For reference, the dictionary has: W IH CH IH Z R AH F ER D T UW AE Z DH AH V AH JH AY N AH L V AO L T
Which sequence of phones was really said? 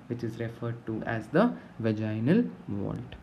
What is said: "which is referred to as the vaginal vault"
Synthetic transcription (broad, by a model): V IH CH IH Z R AH F ER D T UW AE Z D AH V AH JH AY N AH L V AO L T